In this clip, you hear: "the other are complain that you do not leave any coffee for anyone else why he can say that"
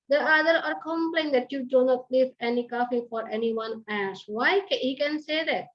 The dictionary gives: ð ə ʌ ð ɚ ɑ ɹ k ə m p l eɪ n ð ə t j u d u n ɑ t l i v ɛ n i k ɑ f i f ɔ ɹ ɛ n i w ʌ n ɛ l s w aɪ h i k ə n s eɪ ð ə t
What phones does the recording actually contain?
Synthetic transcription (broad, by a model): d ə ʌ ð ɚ ɑ ɹ k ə m p l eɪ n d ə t j u d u n ɑ t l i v ɛ n i k ɑ f i f ɔ ɹ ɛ n i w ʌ n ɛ s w aɪ h i k ə n s eɪ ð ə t